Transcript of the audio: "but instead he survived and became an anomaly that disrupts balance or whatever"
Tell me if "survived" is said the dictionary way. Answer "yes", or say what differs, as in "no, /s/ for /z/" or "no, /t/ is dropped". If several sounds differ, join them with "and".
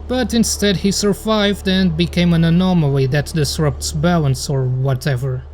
yes